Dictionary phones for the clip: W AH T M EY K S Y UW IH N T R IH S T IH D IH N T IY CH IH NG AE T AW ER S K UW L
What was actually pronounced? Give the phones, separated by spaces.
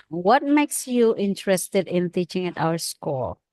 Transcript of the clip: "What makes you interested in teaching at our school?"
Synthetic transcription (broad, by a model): W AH T M EY K S Y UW IH N T R IH S T IH D IH N T IY CH IH NG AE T AW ER S K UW L